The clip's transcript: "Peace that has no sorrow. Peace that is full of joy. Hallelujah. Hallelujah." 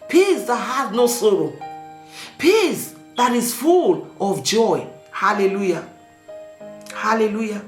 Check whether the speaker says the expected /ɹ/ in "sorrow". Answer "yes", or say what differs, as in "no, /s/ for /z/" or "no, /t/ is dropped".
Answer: yes